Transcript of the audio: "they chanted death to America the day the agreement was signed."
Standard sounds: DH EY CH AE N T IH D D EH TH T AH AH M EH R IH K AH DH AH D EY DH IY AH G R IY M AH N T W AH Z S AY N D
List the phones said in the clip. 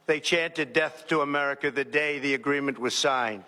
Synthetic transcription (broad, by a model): DH EY CH AE N T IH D D EH TH T AH AH M EH R IH K AH DH AH D EY DH IY AH G R IY M AH N T W AH Z S AY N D